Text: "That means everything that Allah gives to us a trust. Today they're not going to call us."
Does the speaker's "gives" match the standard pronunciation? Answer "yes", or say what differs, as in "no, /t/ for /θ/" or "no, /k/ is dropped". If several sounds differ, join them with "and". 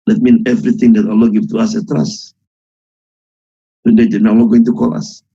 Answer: no, /z/ is dropped